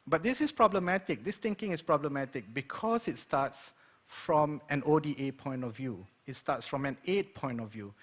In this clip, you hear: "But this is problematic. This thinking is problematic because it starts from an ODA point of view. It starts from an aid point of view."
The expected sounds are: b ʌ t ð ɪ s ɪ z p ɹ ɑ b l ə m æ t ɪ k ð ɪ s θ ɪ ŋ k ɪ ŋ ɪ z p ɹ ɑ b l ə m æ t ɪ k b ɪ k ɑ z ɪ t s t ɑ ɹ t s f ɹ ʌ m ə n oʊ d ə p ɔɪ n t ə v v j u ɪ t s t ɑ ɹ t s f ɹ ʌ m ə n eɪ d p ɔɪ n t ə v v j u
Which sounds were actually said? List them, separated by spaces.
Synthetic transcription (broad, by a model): b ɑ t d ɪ s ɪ s p ɹ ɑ b l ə m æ t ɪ k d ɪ s t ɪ ŋ k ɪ ŋ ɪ s p ɹ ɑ b l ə m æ t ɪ k b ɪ k ɑ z ɪ t s t ɑ t s f ɹ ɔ m ə n oʊ d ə p ɔɪ n t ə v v j u ɪ t s t ɑ t s f ɹ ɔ m ə n eɪ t p ɔɪ n t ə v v j u